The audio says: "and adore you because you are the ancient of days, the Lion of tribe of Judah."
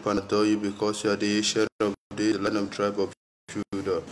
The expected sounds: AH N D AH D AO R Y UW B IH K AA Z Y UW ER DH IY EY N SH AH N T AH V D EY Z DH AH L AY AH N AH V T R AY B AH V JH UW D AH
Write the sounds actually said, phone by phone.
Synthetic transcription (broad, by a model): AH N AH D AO Y UW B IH K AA S Y UW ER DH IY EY SH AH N AH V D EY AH L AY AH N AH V T R AY B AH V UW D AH